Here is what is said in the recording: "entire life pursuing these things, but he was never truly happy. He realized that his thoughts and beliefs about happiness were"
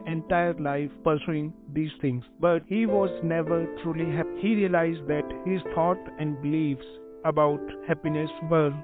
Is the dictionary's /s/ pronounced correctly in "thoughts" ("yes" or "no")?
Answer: no